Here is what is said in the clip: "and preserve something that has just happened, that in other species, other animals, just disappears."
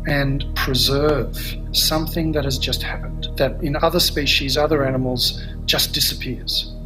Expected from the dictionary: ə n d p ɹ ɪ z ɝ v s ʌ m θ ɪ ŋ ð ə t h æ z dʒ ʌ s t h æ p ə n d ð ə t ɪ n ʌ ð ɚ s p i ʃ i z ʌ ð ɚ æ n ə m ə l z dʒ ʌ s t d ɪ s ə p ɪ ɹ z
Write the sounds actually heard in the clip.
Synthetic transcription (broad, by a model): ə n p ɹ ɪ z ɝ v s ʌ m θ ɪ ŋ ð ə t h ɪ z dʒ ʌ s t h æ p ə n d ð ə t ɪ n ʌ ð ɚ s p i ʃ i z ʌ ð ɚ æ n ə m l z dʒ ʌ s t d ɪ s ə p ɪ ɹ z